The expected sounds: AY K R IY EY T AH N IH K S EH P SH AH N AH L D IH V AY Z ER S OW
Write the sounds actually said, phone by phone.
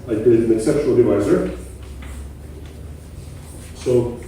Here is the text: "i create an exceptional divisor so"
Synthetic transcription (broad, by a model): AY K IY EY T AH N IH K S EH P SH AH N AH L D IH V AY Z ER S OW